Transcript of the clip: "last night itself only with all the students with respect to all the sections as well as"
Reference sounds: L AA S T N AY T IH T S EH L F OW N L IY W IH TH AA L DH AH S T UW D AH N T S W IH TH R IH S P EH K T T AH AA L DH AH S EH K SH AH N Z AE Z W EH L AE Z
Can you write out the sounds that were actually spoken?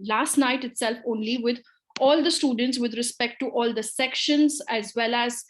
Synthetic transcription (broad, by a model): L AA S T N AY T IH T S EH L F OW N L IY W IH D AA L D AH S T UW D AH N T S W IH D R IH S P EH K T T AA L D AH S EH K SH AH N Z AE Z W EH L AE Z